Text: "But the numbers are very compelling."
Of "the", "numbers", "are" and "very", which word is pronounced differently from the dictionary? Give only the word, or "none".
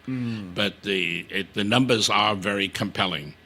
none